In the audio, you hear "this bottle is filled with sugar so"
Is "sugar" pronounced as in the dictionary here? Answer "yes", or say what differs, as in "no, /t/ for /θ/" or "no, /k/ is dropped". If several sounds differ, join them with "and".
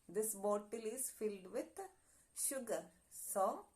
yes